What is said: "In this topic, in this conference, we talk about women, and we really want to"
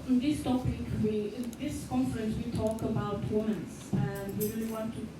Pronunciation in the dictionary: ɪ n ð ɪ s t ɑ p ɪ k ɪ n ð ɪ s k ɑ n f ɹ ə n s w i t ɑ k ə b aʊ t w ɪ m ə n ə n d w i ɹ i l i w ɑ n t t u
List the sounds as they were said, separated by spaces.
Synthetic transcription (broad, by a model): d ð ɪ s t ɑ p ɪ k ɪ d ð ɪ s k ɑ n f ɹ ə n s w i t ɑ k ə b aʊ t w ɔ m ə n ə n w i ɹ i l i w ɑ n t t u